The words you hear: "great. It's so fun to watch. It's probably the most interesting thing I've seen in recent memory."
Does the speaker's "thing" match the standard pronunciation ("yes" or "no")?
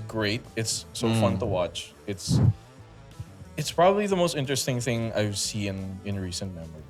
yes